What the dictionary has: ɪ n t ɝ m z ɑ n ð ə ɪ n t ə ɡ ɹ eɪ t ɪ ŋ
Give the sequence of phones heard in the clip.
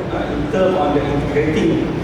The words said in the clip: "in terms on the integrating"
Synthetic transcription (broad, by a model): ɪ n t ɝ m ɑ n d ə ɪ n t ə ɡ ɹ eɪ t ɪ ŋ